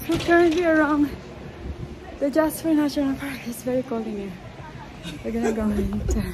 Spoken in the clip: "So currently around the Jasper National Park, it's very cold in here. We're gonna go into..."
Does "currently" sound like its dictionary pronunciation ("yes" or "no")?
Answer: yes